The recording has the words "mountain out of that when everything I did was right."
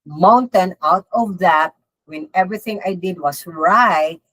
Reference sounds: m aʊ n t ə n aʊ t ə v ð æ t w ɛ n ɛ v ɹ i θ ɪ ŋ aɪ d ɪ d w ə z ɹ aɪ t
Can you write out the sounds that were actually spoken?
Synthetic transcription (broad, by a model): m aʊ n t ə n aʊ t ə v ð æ t w ɛ n ɛ v ɹ i θ ɪ ŋ aɪ d ɪ d w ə s ɹ aɪ t